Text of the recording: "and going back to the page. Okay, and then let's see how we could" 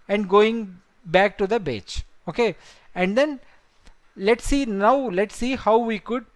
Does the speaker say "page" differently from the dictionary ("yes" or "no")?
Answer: yes